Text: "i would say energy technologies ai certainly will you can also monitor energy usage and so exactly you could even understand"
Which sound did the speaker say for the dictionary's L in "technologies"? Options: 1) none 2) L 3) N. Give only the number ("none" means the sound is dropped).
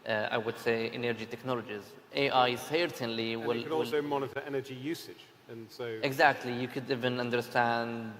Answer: 2